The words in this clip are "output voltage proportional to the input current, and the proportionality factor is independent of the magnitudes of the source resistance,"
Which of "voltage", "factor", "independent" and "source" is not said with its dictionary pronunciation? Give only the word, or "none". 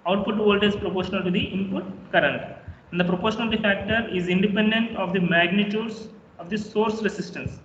voltage